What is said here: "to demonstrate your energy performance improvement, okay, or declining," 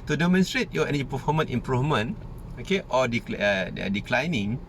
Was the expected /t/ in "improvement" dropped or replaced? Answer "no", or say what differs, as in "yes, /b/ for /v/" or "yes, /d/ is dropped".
yes, /t/ is dropped